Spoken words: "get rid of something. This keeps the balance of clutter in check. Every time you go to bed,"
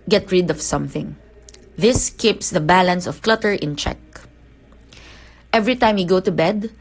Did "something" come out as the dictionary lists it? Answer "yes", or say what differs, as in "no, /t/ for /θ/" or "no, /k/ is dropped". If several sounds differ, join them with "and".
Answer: yes